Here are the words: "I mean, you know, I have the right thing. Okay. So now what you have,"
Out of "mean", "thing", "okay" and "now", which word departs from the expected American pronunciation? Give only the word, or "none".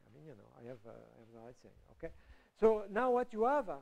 thing